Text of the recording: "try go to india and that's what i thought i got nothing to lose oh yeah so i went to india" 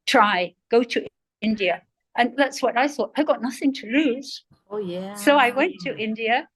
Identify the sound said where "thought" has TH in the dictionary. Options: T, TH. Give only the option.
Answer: TH